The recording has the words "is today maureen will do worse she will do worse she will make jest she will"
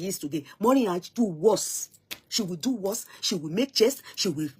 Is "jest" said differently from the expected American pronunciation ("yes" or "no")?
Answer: yes